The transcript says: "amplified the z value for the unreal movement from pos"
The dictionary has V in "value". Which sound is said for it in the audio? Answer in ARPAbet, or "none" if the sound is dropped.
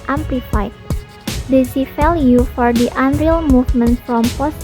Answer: F